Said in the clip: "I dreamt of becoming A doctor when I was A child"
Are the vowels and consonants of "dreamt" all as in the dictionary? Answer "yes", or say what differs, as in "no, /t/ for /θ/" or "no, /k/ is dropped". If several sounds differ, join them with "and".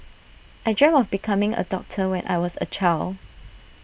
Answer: no, /t/ is dropped